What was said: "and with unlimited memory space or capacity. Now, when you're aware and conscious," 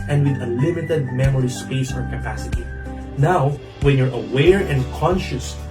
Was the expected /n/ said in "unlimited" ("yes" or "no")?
no